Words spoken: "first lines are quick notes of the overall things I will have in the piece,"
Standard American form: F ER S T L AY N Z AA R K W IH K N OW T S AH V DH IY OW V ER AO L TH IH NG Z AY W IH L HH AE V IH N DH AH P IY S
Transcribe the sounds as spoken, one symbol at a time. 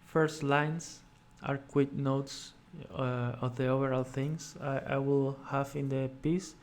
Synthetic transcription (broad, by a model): F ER S T L AY N S AA R K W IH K N OW T S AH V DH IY OW V ER AO L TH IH NG S AY W IH L HH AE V IH N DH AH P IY S